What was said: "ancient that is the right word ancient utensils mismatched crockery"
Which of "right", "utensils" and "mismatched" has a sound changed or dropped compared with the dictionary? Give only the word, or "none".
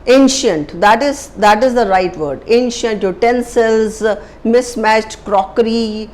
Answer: none